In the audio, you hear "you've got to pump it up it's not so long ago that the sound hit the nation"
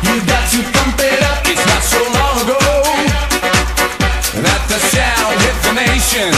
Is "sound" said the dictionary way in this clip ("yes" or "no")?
no